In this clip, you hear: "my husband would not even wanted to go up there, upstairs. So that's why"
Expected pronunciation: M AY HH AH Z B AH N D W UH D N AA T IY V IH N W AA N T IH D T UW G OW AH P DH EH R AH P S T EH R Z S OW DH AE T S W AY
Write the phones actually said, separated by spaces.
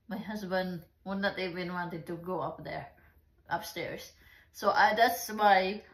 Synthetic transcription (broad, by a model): M AY HH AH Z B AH N D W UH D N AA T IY B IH N W AA N T IH D T UW G OW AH P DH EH R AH P S T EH R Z S OW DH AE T S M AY